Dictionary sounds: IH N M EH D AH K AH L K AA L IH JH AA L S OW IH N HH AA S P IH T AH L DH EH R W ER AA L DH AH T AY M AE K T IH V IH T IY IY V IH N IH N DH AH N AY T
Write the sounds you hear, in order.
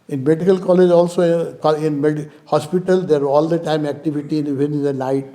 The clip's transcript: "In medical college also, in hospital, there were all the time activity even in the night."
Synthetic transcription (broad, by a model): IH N M EH D AH K AH L K AA L IH JH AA L S OW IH N HH AA S P IH T AH L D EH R AA L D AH T AY M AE K T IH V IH T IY IY IH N IH N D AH N AY T